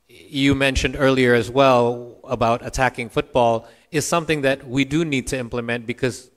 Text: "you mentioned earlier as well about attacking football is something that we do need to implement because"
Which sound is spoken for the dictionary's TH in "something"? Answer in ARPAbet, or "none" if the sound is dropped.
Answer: TH